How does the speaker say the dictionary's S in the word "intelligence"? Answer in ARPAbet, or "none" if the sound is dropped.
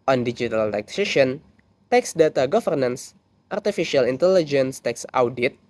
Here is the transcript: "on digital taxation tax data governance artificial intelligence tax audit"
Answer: S